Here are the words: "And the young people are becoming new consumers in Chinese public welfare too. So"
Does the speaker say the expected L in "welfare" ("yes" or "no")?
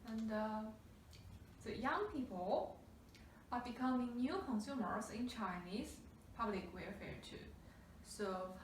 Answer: no